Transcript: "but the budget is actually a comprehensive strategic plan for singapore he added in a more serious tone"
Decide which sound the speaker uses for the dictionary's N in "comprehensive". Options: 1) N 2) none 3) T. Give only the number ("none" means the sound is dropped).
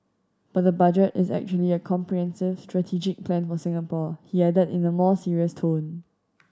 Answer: 1